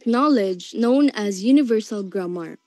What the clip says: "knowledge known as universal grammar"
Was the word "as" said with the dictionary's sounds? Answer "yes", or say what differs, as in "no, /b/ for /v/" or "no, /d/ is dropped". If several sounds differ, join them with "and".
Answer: yes